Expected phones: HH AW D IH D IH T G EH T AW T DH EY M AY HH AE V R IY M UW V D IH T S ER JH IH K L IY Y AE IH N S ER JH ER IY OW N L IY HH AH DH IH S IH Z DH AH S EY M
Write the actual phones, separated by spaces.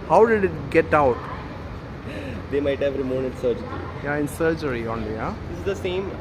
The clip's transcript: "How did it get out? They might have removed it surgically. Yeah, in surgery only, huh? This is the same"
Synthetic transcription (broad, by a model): HH AW D IH D IH T G EH T AW T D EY M AY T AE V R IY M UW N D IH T S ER JH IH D IY Y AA IH N S ER JH ER IY OW N L IY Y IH IH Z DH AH S EY M